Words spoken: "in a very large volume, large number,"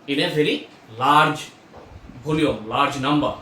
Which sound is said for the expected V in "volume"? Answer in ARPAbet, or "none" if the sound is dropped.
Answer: B